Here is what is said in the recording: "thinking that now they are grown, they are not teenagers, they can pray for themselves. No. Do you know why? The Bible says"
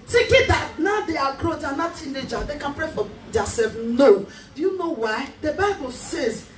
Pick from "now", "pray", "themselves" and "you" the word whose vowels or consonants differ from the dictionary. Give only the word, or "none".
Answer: themselves